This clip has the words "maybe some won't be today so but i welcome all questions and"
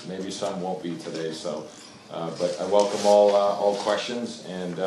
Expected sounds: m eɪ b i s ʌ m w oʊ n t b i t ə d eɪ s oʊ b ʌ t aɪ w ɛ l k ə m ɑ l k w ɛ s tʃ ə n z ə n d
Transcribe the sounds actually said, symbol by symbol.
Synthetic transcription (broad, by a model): m eɪ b i s ʌ m w oʊ n b i t ə d eɪ s oʊ b ʌ t aɪ w ɛ l k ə m ɑ l k w ɛ s tʃ ə n z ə n